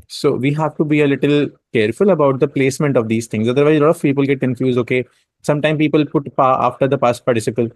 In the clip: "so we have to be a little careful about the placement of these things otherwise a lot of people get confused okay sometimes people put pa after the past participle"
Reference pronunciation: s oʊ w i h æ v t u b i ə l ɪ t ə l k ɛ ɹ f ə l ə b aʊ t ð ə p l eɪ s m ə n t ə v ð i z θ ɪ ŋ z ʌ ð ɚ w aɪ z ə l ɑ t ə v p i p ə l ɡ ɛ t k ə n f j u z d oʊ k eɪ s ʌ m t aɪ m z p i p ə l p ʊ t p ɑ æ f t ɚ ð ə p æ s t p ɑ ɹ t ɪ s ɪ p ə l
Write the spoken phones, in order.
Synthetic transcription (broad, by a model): s oʊ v i h æ v t u b i ə l ɪ t ə l k ɛ ɹ f ə l ə b aʊ t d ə p l eɪ s m ə n t ə v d i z t ɪ ŋ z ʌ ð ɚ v aɪ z l ɑ t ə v p i p ə l ɡ ɛ t k ə n f j u z d oʊ k eɪ s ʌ m t aɪ m p i p ə l p ʊ t p ɑ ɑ f t ɚ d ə p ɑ s t p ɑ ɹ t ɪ s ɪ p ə l